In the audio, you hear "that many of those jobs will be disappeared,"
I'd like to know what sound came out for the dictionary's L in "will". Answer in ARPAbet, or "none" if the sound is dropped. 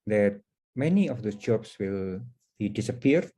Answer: L